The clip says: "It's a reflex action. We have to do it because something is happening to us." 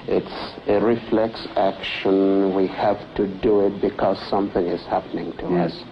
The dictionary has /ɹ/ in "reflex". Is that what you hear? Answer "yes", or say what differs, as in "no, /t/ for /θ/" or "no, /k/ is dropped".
yes